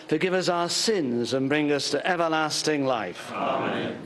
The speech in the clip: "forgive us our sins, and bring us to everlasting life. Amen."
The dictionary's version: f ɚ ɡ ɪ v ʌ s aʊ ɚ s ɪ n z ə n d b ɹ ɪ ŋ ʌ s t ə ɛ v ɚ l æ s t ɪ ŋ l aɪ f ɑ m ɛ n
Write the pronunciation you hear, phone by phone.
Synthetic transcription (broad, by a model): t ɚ ɡ ɪ v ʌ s aʊ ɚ s ɪ n z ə n b ɹ ɪ ŋ ʌ s t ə ɛ v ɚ l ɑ s t ɪ ŋ l aɪ f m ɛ